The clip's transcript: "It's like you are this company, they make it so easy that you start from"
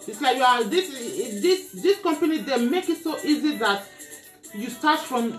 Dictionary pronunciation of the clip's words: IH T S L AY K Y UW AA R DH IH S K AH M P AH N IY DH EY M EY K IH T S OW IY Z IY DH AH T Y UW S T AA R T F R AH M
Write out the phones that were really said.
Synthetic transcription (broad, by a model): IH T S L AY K Y UW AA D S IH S K AH M P AH N IY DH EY M EY K IH T S OW IY Z IY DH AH T Y UW S T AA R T F R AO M